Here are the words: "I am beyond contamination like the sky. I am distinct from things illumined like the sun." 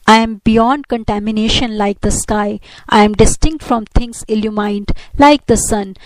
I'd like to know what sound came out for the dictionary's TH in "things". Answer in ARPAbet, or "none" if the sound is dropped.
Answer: T